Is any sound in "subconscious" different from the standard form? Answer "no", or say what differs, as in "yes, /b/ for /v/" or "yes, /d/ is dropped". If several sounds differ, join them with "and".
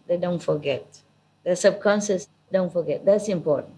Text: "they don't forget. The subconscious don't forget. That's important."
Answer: yes, /s/ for /ʃ/